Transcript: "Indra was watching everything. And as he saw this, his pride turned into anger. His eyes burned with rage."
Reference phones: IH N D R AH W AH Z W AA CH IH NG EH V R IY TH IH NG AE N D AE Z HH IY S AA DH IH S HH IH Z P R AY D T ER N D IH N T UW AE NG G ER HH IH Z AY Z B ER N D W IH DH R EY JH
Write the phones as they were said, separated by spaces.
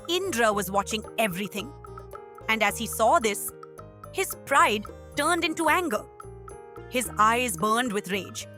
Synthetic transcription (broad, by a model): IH N D R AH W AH Z W AA CH IH NG EH V R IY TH IH NG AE N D AE Z HH IY S AA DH IH S HH IH Z P R AY D T ER N D IH N T UW AE NG G ER HH IH Z AY Z B ER N D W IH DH R EY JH